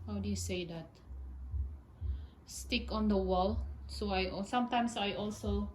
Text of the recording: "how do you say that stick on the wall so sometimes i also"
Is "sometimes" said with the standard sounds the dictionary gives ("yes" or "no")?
no